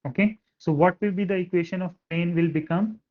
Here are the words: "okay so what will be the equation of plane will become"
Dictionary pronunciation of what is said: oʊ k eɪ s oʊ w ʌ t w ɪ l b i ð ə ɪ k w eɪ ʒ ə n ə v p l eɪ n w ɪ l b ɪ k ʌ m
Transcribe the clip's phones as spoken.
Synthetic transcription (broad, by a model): oʊ k eɪ s oʊ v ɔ t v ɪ l b i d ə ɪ k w eɪ ʃ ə n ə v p eɪ n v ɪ l b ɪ k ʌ m